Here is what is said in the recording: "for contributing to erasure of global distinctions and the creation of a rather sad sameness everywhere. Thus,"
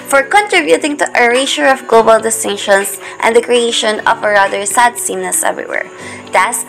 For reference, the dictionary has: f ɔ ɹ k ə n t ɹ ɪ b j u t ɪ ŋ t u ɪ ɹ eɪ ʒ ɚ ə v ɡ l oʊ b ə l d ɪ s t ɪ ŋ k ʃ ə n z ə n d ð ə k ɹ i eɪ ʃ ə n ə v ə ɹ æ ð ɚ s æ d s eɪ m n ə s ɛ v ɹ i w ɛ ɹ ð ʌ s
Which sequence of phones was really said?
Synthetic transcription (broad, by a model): f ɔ ɹ k ə n t ɹ ɪ b j u t ɪ ŋ t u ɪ ɹ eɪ ʃ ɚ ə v ɡ l oʊ b ə l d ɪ s t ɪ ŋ ʃ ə n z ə n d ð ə k ɹ i eɪ ʃ ə n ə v ə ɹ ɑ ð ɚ s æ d s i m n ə s ɛ v ɹ i w ɛ ɹ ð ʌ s